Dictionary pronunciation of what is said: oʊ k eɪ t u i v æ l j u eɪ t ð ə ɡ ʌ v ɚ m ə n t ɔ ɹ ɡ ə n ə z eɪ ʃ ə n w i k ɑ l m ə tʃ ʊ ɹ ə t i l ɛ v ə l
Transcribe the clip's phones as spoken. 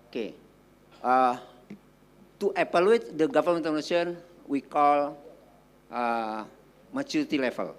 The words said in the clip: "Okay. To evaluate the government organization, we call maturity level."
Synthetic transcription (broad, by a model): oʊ k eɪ t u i p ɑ l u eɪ t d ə ɡ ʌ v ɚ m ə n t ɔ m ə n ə s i ə n w i k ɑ l m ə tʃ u ɹ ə t i l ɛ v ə l